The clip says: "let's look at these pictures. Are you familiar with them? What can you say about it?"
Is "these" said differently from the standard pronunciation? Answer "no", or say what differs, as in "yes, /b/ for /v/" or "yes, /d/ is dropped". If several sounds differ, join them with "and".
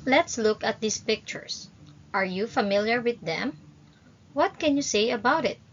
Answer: yes, /s/ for /z/